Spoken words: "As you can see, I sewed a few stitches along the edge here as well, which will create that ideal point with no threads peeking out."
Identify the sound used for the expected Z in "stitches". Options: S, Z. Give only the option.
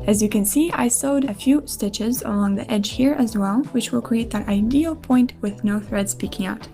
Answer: Z